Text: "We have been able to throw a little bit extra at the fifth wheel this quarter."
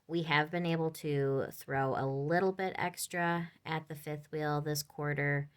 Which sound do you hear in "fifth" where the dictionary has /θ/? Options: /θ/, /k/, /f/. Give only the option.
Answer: /θ/